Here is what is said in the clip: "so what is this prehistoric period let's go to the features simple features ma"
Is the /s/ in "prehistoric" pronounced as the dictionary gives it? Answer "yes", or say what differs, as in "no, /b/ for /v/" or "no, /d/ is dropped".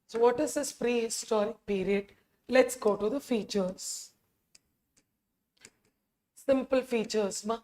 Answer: yes